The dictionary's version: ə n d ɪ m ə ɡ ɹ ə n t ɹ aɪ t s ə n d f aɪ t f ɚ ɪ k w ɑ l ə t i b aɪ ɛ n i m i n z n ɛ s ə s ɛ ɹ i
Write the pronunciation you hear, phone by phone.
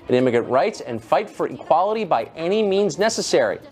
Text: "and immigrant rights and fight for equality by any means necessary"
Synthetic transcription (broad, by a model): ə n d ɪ m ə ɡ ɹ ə n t ɹ aɪ t s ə n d f aɪ t f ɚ ɪ k w ɑ l ə t i b aɪ ɛ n i m i n z n ɛ s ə s ɛ ɹ i